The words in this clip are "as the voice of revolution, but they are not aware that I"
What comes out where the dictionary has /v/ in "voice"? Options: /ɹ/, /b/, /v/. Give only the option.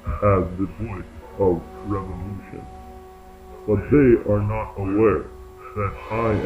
/b/